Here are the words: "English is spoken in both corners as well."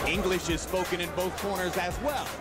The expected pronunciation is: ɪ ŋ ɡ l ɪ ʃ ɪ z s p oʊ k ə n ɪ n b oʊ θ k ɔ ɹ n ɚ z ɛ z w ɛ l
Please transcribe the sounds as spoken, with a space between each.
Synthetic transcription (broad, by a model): ɪ ŋ ɡ l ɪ ʃ ɪ z s p oʊ k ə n ɪ n b oʊ θ k ɔ ɹ n ɚ z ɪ z w ɛ l